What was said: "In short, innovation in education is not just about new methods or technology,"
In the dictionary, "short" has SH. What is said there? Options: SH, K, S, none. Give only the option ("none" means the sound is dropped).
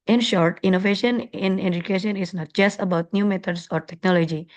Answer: SH